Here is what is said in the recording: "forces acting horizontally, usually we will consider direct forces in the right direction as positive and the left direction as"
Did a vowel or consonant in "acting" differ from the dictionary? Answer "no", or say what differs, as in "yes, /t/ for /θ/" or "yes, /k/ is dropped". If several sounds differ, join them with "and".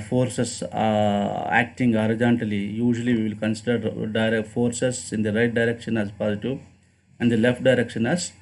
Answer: no